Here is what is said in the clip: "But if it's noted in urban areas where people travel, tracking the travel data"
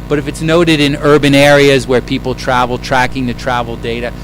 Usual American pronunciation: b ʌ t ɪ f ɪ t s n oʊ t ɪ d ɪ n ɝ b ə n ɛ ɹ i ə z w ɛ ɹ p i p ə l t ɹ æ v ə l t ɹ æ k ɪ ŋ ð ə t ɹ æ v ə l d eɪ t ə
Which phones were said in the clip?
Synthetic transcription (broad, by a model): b ʌ t ɪ f ɪ t s n oʊ t ɪ d ɪ n ɝ b ə n ɛ ɹ i ə z w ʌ ɹ p i p l t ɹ æ v l t ɹ æ k ɪ ŋ ð ə t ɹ æ v l d eɪ t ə